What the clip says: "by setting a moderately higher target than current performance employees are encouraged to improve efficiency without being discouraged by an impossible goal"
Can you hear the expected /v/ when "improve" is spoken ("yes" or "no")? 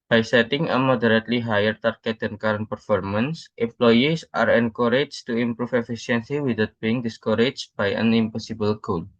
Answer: no